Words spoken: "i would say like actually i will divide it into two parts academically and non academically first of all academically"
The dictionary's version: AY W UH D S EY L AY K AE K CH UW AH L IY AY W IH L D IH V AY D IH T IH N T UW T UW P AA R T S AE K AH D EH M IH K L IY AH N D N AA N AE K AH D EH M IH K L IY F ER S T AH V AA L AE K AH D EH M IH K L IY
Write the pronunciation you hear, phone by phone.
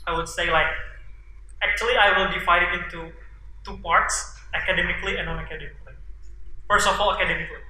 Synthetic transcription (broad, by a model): AY W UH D S EY L AY K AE K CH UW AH L IY AY W IH L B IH F AY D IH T IH N T UW T UW P AA R T S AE K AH D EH M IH K L IY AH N N AA N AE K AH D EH M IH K L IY F ER S T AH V AA L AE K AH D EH M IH K L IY